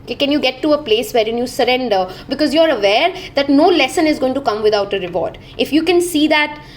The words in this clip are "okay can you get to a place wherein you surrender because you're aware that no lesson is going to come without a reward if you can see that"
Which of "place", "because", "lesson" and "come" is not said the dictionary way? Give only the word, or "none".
none